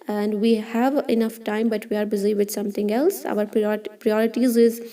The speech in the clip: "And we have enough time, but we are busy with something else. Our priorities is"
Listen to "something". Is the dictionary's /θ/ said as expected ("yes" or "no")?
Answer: no